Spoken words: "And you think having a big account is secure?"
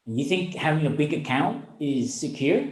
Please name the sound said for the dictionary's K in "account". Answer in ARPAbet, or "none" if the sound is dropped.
K